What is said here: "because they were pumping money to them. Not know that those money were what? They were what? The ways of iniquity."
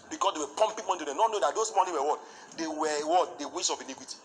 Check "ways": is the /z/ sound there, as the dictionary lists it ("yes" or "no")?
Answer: no